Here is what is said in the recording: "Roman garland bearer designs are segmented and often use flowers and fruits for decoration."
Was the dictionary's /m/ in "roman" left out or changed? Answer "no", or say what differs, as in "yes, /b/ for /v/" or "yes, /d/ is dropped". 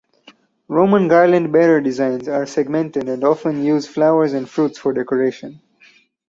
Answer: no